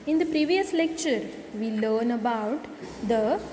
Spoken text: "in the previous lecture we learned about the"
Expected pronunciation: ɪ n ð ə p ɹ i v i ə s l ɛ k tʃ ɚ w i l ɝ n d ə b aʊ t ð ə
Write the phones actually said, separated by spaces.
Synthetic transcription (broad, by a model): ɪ n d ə p ɹ i v i ə s l ɛ k tʃ ɚ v i l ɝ n ə b aʊ t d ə